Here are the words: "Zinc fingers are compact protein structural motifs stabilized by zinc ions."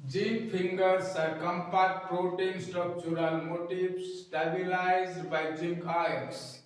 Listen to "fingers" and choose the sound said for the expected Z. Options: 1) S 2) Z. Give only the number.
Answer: 1